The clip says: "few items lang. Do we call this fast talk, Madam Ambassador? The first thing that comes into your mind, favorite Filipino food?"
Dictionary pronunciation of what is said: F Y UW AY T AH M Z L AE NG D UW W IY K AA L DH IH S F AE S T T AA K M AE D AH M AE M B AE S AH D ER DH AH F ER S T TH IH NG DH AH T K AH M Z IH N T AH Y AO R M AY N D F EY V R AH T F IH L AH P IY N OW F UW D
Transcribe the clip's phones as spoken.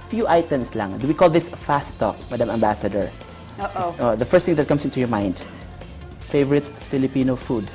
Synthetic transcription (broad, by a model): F Y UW AY T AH M S L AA NG D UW W IY K AA L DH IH S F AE S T T AA K M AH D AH M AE M B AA S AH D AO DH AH F ER S T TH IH NG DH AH T K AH M S IH N T AH Y AO R M AY N D F EY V R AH T F IH L AH P IY N OW F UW D